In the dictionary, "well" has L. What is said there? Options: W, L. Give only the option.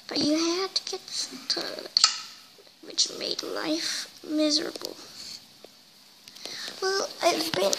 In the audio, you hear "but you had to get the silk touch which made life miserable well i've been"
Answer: L